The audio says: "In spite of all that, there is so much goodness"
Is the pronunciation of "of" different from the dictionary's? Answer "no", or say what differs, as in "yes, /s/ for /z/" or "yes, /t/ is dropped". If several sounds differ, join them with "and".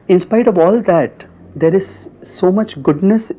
no